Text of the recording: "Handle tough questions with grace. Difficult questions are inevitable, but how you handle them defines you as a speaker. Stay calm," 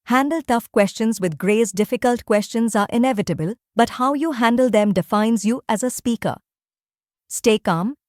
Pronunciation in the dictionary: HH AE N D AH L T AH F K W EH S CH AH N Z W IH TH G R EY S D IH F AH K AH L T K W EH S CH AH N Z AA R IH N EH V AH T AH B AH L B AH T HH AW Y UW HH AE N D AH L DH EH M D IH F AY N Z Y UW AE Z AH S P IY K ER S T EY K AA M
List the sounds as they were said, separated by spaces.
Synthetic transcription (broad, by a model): HH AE N D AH L T AH F K W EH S CH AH N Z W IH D G R EY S D IH F AH K AH L T K W EH S CH AH N Z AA R IH N EH V AH T AH B AH L B AH T HH AW Y UW HH AE N D AH L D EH M D IH F AY N Z Y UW AE Z AH S P IY K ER S T EY K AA M